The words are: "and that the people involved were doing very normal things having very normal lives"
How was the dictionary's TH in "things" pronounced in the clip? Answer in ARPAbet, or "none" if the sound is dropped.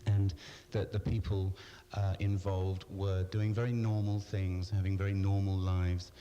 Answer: TH